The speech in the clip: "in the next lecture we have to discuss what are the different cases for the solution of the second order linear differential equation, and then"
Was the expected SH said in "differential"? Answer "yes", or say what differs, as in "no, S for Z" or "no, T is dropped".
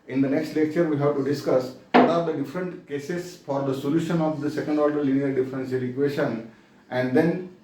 no, S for SH